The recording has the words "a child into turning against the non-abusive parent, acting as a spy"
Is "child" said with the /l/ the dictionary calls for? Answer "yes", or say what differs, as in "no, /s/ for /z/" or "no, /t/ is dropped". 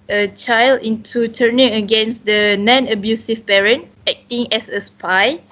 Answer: yes